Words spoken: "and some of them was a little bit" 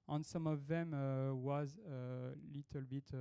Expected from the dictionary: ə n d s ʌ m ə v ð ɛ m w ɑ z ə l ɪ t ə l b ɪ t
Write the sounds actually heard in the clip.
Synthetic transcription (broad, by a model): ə n s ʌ m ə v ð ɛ m w ɑ z ə l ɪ t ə l b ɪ t